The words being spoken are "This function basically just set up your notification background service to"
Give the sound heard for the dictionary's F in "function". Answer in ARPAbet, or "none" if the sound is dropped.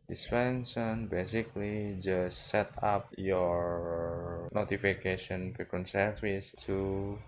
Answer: P